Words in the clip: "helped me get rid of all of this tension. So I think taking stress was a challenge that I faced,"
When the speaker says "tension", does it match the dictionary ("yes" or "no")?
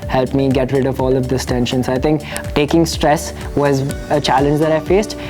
yes